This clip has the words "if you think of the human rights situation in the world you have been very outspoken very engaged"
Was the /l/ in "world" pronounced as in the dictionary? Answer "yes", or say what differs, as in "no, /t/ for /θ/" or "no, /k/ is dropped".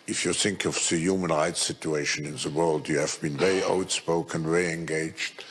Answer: yes